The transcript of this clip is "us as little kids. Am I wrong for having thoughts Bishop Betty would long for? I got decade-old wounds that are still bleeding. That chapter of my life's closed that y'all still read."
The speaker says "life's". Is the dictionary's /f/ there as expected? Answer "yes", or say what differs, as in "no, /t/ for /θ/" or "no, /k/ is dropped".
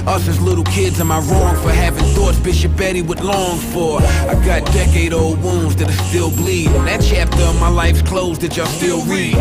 yes